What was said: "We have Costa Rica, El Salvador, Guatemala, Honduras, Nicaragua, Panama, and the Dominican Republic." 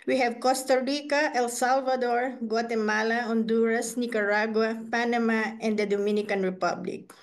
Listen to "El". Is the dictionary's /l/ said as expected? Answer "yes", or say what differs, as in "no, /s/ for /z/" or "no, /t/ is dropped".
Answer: yes